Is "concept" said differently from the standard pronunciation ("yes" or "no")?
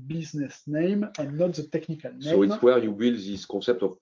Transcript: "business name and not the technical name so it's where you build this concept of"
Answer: yes